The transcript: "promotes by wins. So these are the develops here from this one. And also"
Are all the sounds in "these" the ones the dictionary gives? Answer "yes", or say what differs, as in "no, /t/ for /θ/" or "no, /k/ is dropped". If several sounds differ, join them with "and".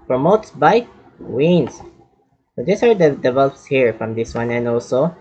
no, /s/ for /z/